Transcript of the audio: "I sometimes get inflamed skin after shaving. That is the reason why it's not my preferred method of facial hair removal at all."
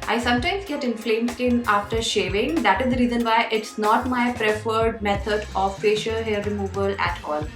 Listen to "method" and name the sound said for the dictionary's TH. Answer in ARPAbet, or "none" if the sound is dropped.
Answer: T